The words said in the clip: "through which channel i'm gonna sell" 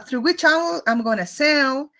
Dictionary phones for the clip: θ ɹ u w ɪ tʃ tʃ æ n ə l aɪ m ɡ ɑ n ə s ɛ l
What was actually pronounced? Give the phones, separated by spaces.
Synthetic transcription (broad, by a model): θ ɹ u w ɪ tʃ tʃ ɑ ə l aɪ m ɡ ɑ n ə s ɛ l